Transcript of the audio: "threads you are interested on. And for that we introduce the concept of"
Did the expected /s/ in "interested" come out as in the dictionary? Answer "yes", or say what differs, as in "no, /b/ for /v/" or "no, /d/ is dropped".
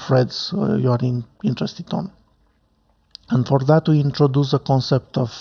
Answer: yes